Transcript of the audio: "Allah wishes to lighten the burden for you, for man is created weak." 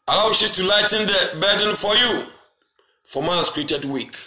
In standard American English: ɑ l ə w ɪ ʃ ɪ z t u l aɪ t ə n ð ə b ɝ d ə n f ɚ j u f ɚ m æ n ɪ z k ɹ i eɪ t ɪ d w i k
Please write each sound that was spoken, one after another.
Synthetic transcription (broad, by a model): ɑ l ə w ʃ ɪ t u l aɪ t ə n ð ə b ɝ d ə n f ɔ j u f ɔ m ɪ s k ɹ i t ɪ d w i k